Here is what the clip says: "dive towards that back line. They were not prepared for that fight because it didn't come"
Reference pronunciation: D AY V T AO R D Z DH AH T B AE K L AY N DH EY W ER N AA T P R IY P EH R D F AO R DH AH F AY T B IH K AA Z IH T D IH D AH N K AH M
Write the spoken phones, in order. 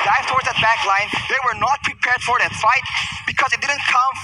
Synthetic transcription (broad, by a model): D AY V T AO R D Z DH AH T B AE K L AY N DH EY W ER N AA T P R IY P EH R D F AO R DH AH F AY T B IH K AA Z IH T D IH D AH N K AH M